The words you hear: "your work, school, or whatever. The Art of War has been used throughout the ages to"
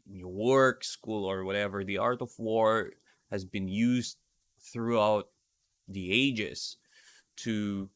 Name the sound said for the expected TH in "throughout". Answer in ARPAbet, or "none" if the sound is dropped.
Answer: TH